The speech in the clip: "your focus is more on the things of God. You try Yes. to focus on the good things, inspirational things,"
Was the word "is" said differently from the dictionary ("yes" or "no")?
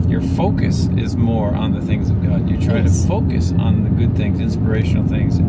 no